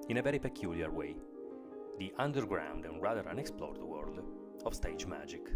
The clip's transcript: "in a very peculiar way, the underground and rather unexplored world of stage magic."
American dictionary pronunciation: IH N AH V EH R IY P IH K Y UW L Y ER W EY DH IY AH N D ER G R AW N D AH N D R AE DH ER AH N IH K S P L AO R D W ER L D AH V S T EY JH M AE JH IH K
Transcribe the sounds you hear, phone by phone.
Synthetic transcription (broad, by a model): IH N AH V EH R IY P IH K Y UW L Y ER W EY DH IY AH N D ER G R AW N D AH N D R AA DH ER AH N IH K S P L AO R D W ER L D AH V S T EY JH M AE JH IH K